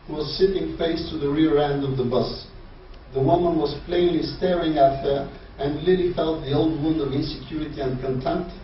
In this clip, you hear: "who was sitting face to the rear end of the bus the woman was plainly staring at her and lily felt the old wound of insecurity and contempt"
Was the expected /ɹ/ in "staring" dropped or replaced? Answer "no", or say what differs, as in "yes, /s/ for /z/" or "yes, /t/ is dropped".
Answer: no